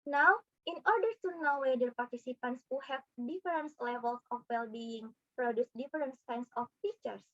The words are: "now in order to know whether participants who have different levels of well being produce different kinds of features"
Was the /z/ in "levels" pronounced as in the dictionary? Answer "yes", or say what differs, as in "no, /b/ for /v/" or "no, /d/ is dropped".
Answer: no, /s/ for /z/